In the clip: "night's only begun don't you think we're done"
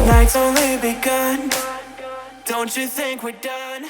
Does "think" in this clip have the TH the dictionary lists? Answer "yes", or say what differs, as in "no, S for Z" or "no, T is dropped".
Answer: yes